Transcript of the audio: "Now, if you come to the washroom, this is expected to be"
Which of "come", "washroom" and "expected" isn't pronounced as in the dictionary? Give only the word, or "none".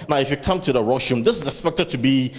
washroom